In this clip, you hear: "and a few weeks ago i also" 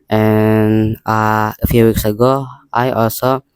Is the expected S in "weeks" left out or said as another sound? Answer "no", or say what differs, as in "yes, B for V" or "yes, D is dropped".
no